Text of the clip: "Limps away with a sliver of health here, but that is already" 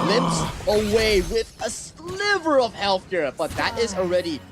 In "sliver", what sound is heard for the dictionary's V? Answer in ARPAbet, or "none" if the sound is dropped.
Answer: V